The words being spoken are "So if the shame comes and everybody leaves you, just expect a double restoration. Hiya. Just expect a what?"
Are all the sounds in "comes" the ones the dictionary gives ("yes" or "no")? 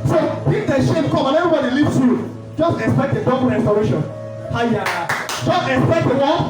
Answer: no